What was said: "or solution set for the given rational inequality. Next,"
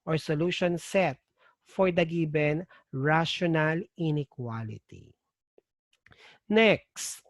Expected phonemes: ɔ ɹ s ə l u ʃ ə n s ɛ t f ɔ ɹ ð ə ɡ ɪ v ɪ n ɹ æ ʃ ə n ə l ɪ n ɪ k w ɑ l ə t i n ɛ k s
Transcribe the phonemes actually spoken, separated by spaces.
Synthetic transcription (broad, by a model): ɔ ɹ s ə l u ʃ ə n s ɛ t f ɔ ɹ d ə ɡ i b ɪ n ɹ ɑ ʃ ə n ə l ɪ n ɪ k w ɑ l ə t i n ɛ k s